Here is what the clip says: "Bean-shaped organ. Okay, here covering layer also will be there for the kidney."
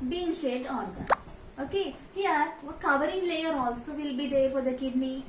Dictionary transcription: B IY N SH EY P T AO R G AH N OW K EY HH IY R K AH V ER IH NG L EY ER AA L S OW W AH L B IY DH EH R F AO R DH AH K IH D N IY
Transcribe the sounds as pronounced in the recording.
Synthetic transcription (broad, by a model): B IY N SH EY T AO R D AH OW K EY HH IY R K AH V ER IH NG L EY ER AA L S OW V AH L B IY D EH R F AO R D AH K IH D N IY